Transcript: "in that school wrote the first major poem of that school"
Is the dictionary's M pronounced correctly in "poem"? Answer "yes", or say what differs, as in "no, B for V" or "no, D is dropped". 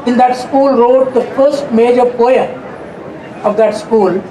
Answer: no, M is dropped